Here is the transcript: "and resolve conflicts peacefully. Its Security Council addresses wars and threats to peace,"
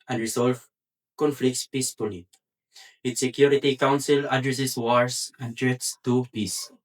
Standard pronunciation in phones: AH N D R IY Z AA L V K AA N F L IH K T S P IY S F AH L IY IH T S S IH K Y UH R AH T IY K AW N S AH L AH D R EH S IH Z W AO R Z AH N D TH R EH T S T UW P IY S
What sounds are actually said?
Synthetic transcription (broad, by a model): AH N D R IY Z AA L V K AA N F L IH K T S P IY S P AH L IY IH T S S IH K Y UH R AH T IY K AW N S AH L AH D R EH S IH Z W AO R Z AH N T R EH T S T UW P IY S